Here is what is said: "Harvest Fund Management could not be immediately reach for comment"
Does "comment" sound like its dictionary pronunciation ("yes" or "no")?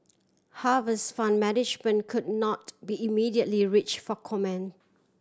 no